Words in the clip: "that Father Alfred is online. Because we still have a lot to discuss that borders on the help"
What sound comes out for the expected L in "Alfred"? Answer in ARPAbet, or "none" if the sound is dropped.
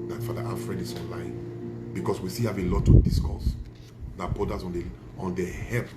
N